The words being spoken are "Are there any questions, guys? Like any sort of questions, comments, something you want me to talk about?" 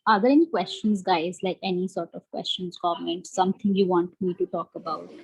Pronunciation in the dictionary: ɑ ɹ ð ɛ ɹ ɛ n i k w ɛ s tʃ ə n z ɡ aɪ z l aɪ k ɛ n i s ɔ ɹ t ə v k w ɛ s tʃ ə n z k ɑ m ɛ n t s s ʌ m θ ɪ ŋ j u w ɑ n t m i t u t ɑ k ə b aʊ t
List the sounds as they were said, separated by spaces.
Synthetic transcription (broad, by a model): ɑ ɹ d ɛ ɹ ɛ n i k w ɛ s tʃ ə n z ɡ aɪ z l aɪ k ɛ n i s ɔ ɹ t ə v k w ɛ s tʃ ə n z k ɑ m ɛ n t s s ʌ m t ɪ ŋ j u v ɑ n t m i t u t ɑ k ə b aʊ t